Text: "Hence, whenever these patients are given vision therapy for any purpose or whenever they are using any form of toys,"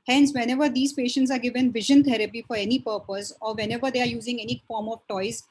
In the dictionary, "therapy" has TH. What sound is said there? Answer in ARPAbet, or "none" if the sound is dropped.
T